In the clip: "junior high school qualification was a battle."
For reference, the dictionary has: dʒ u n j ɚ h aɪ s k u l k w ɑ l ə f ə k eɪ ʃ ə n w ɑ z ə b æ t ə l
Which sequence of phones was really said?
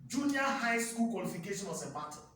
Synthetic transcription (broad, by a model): dʒ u n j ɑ h aɪ s k u l k w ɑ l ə f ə k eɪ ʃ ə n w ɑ s ə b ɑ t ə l